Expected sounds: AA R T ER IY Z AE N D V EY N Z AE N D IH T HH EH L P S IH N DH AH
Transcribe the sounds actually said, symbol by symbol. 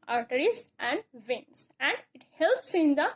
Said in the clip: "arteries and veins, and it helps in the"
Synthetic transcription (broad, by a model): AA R T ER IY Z AE N D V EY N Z AE N D IH T HH EH L P S IH N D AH